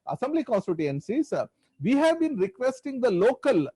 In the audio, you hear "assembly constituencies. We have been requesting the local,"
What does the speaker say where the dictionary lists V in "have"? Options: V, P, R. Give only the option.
V